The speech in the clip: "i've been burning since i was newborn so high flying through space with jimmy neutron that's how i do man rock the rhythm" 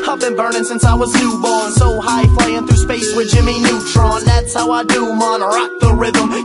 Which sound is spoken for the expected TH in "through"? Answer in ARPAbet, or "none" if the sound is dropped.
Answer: TH